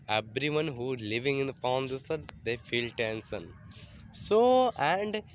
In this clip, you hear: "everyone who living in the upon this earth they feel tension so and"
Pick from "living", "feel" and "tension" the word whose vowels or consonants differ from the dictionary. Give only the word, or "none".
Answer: tension